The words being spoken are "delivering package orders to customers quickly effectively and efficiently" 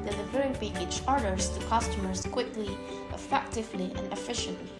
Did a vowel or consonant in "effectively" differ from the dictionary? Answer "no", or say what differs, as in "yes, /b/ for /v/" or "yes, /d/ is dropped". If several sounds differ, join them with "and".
no